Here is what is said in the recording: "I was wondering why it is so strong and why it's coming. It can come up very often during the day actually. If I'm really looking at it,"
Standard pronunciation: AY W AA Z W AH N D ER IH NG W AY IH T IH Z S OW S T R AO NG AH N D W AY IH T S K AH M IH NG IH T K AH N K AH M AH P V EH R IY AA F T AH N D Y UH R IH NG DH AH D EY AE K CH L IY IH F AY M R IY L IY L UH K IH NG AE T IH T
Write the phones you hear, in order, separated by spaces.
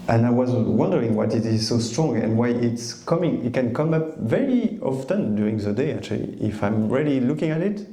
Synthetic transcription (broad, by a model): AY W AA Z W AH N D ER IH NG W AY IH T IH Z S OW S T R AO NG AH N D W AY IH T S K AH M IH NG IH T K AH N K AH M AH P V EH R IY AA F T AH N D Y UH R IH NG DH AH D EY AE K CH L IY IH F AY M R IY L IY L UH K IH NG AE T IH T